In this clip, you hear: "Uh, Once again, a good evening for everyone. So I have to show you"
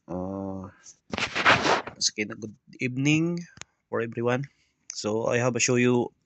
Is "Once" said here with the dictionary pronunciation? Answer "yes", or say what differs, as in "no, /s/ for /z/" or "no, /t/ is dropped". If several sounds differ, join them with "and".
no, /n/ is dropped